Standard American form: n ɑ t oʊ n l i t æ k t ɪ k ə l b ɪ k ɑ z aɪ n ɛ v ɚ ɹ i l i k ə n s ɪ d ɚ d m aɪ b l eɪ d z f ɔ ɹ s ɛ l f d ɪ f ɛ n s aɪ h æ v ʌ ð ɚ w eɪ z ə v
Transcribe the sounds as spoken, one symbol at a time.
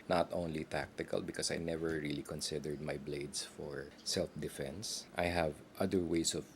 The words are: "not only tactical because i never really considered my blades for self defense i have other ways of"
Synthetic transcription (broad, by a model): n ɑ t oʊ n l i t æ k t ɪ k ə l b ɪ k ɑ s aɪ n ɛ v ɚ ɹ i l i k ə n s ɪ d ɚ d m aɪ b l eɪ d s f ɔ ɹ s ɛ l f d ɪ f ɛ n s aɪ h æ v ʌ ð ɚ w eɪ s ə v